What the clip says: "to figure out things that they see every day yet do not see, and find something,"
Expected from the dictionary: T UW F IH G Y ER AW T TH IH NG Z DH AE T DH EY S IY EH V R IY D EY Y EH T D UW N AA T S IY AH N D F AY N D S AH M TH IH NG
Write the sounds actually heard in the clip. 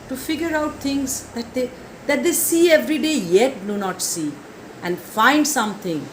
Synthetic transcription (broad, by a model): T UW F IH G Y ER AW T T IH NG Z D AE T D EY S IY EH V R IY D EY Y EH T D UW N AA T S IY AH N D F AY N D S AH M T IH NG